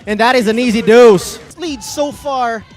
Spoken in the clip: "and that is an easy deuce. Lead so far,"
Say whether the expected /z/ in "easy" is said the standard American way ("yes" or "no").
yes